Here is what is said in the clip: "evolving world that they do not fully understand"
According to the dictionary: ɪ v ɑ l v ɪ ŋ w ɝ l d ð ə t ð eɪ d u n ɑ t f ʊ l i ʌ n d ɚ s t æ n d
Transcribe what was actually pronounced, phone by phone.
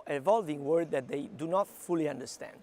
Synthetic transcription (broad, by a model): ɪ v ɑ l v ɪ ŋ w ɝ d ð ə t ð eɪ d u n ɑ t f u l i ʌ n d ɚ s t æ n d